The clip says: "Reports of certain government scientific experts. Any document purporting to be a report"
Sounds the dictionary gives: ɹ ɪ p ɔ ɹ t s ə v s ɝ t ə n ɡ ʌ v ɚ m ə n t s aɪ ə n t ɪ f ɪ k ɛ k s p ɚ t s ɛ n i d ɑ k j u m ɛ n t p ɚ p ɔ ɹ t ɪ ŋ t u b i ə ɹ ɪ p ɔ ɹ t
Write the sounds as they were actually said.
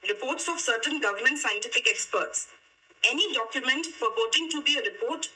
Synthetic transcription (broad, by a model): ɹ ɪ p ɔ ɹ t s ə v s ɝ t ə n ɡ ʌ v ɚ m ə n t s aɪ ə n t ɪ f ɪ k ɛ k s p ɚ t s ɛ n i d ɑ k j u m ɛ n t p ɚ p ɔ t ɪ ŋ t u b i ə ɹ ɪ p ɔ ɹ t